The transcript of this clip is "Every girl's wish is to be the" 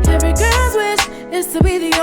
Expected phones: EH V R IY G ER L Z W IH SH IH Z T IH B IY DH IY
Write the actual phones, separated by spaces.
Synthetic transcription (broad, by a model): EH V R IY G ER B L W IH S IH Z T IH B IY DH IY